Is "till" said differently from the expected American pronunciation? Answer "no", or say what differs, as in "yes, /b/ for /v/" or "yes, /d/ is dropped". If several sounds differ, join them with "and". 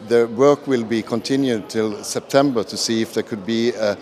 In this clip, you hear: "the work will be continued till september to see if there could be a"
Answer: no